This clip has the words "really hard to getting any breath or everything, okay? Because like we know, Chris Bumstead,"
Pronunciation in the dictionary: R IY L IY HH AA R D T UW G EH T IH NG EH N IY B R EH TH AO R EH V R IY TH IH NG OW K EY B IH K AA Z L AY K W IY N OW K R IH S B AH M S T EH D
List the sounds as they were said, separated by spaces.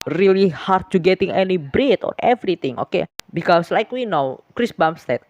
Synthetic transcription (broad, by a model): R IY L IY HH AA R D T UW G EH T IH NG EH N IY B R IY T AO R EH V R IY T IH NG OW K EY B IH K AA S L AY K W IY N OW K R IH S B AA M S T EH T